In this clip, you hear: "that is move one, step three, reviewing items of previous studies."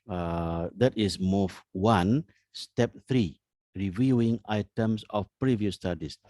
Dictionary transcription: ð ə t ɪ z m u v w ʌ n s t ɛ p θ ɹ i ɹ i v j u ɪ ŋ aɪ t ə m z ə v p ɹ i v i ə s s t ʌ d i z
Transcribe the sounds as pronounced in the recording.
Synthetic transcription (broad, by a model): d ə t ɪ s m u f w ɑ n s t ɛ p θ ɹ i ɹ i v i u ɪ ŋ aɪ t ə m s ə f p ɹ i v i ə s s t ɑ d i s